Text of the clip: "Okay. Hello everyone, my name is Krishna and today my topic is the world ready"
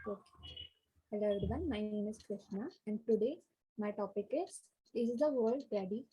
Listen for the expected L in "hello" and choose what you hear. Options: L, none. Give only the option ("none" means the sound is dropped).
none